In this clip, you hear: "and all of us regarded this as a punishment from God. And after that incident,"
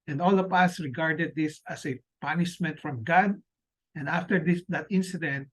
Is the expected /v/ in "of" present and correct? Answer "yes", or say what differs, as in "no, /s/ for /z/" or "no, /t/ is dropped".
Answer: no, /p/ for /v/